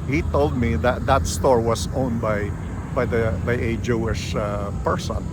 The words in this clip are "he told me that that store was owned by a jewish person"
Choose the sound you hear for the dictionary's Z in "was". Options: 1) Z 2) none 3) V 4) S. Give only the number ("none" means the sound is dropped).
4